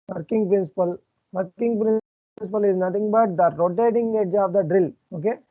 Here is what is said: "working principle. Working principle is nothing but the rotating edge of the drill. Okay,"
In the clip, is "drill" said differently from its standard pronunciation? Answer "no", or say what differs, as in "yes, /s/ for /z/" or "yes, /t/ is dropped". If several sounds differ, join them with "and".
no